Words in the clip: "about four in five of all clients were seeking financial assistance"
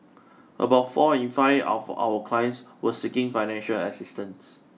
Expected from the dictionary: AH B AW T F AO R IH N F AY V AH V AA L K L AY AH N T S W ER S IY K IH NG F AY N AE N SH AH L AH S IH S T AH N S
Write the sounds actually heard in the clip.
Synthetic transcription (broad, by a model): AH B AW T F AO IH N F AY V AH W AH K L AY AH N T S W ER S IY K IH NG F AY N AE N SH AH L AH S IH S T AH N S